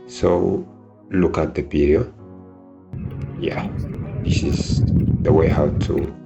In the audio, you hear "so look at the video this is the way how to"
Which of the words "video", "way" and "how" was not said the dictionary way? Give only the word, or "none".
video